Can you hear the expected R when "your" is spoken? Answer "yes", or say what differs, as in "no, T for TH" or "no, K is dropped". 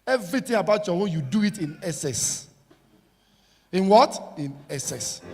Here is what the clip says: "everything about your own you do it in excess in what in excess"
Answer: no, W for R